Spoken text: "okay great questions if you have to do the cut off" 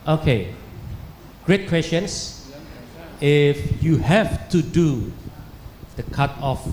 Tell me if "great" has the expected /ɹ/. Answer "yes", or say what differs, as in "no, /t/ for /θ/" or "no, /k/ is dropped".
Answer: yes